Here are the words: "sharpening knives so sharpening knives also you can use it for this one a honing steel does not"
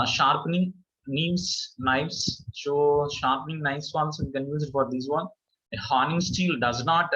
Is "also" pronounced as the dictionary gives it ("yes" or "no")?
no